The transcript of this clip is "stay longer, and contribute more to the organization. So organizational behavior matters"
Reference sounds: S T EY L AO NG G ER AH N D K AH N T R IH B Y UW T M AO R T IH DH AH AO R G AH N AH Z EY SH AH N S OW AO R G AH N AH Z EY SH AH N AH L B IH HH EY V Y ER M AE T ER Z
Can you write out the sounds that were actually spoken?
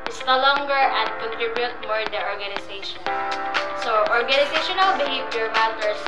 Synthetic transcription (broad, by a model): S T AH L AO NG G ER AH N D K AH N T R IH B Y UW T M AO R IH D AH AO R G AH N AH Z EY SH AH N S OW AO R G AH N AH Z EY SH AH N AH L B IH HH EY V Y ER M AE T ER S